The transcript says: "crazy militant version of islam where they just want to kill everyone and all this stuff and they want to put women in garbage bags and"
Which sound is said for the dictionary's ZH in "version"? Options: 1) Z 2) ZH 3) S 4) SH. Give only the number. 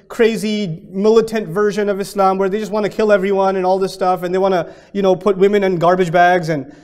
2